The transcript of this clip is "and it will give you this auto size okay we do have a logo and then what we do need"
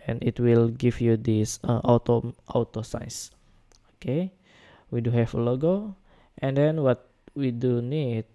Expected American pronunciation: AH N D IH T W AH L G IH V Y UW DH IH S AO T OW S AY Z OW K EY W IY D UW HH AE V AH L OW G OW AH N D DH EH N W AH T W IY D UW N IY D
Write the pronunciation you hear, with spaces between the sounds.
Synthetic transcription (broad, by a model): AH N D IH T W AH L G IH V Y UW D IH S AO T OW S AY S OW K EY W IY D UW HH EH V AH L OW G OW AH N D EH N W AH T W IY D UW N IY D